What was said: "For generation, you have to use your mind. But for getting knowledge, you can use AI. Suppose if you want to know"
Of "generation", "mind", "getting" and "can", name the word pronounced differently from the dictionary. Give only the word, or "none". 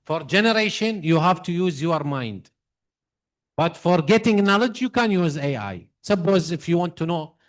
none